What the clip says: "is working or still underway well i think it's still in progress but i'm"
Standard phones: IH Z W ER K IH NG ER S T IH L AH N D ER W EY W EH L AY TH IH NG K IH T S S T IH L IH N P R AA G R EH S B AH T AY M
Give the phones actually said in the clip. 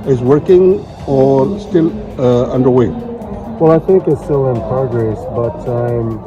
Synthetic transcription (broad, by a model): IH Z W ER K IH NG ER S T IH L AH N D ER W EY W EH L AY TH IH NG K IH T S S T IH L IH N P R AA G R EH S B AH T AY M